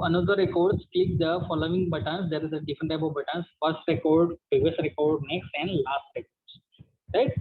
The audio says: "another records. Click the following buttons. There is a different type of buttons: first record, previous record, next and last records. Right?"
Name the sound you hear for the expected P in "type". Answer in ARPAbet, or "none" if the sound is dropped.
B